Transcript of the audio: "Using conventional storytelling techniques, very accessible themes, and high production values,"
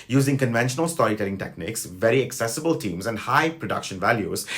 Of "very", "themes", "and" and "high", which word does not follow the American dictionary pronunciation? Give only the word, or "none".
themes